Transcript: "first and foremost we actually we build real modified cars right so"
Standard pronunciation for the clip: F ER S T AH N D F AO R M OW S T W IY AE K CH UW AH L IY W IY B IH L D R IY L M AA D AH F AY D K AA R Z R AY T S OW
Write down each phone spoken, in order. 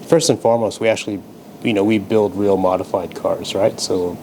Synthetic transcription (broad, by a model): F ER S T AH N F AO R M OW S T W IY AE K CH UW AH N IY W IY B IH L D R IY L M AA D AH F AY D K AA R Z R AY T S OW